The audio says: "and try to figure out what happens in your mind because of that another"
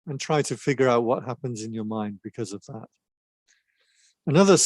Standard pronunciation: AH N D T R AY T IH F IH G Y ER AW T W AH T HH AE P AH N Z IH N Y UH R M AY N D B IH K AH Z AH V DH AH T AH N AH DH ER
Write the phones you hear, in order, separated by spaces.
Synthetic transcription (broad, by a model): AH N T R AY T IH F IH G Y ER AW T W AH T HH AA P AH N Z IH N Y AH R M AY N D B IH K AH Z AH V DH AH T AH N AH DH ER